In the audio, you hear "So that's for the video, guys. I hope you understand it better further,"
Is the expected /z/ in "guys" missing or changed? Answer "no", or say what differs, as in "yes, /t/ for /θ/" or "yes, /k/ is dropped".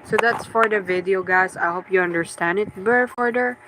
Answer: yes, /s/ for /z/